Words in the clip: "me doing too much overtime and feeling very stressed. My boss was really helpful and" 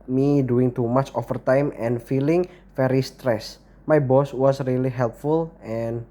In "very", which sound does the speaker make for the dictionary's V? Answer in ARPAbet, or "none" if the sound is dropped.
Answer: F